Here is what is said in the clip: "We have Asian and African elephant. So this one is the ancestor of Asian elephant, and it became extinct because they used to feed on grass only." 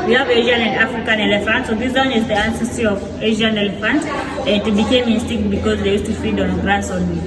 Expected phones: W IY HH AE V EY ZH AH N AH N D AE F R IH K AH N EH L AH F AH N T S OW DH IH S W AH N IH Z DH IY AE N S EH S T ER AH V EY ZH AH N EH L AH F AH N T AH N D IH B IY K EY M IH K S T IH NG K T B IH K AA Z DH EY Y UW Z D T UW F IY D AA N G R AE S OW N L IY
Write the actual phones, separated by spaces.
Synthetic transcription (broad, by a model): W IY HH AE V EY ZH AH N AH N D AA F R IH K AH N EH L AH F AH N T S OW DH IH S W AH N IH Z DH IY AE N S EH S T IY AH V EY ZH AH N EH L AH F AH N T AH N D B IY K EY M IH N S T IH K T B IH K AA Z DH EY Y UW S T UW F IY D AA N G R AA S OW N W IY